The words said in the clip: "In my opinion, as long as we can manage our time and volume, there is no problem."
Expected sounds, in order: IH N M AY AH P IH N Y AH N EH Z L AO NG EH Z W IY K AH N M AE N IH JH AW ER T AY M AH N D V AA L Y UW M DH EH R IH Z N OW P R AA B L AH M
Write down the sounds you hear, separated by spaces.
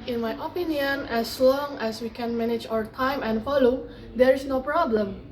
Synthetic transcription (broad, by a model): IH N M AY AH P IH N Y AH N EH S L AO NG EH S W IY K AH N M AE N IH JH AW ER T AY M AH N D F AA L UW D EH R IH S N OW P R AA B L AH M